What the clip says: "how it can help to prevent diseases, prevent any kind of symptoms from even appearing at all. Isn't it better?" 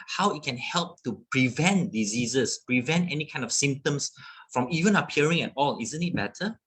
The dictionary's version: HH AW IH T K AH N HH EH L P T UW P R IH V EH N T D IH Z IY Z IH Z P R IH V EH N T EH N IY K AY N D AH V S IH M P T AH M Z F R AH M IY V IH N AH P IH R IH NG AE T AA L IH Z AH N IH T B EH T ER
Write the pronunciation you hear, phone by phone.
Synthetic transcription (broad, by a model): HH AW IH T K AH N HH EH L P T UW P R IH V EH N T D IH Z IY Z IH S P R IH V EH N T EH N IY K AY N D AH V S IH M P T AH M S F R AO M IY V IH N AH P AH R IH NG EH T AA L IH Z AH N IH T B EH T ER